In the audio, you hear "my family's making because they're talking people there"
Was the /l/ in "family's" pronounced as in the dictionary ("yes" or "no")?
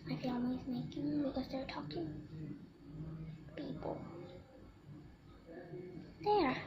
no